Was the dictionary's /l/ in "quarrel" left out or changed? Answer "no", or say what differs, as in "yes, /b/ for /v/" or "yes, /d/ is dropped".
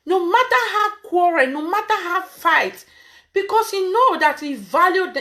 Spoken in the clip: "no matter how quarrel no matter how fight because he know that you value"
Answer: yes, /n/ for /l/